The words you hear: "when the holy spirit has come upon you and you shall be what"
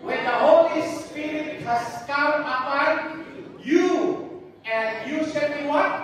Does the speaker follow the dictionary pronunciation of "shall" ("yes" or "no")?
no